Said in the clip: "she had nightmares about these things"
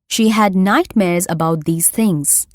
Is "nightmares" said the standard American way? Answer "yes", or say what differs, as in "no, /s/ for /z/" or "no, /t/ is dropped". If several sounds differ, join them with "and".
yes